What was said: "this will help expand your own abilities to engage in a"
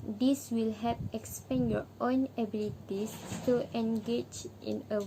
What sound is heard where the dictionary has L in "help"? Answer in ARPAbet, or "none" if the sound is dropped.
none